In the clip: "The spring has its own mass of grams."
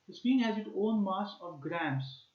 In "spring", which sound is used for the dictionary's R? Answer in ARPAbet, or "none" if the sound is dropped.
none